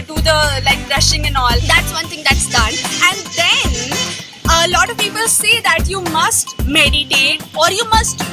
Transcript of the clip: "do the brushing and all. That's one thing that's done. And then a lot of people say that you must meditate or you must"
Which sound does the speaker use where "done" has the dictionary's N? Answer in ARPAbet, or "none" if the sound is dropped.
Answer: N